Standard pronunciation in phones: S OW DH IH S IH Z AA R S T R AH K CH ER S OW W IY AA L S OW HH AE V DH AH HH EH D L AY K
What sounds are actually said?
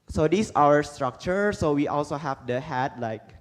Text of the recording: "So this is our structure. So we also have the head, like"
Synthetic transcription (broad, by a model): S OW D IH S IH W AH R S T R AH K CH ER S OW W IY AA L S OW HH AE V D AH HH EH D L AY K